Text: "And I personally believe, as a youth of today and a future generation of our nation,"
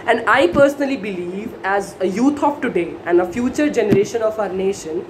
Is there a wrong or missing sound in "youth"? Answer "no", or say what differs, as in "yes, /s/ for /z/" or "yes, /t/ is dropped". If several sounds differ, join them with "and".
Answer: yes, /t/ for /θ/